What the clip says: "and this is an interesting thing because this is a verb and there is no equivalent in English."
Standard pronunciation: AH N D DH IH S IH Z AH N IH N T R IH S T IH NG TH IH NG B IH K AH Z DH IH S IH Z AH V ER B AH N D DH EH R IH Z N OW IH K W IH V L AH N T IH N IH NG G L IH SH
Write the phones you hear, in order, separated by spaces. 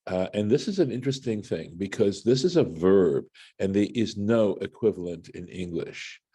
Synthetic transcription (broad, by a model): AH N DH IH S IH Z AH N IH N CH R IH S T IH NG TH IH NG B IH K AH Z DH IH S IH Z AH V ER B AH N DH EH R IH Z N OW IH K W IH V L AH N T IH N IH NG G L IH SH